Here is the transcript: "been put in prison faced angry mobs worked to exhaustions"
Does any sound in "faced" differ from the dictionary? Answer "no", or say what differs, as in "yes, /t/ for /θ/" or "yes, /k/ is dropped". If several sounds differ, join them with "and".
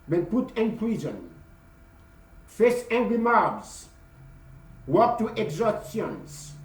yes, /t/ is dropped